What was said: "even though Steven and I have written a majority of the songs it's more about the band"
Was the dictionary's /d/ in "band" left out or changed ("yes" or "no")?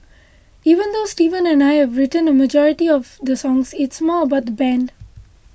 no